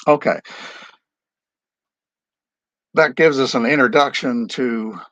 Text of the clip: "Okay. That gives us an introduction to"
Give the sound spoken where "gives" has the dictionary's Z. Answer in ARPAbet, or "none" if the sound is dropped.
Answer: Z